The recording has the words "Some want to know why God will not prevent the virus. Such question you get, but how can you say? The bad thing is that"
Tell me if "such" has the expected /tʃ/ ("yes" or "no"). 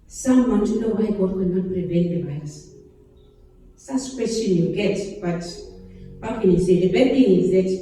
no